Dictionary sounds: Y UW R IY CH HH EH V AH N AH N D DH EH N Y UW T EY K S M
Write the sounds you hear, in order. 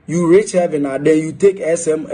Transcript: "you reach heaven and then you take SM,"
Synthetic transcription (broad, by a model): Y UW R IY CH HH EH V AH N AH D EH N Y UW T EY K S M